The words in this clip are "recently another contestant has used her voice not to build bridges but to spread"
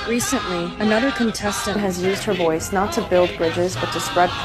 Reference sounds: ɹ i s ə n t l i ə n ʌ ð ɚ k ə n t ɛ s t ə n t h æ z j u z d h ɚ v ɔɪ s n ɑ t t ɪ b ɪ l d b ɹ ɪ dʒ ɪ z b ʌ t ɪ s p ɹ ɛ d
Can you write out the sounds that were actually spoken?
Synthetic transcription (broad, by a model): ɹ i s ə n t l i ə n ʌ ð ɚ k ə n t ɛ s t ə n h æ z j u z d h ɚ v ɔɪ s n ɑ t t ɪ b ɪ l d b ɹ ɪ dʒ ɪ z b ʌ t ɪ s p ɹ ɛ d